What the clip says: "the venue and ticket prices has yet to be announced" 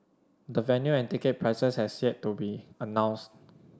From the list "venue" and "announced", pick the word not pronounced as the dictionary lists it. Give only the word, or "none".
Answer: none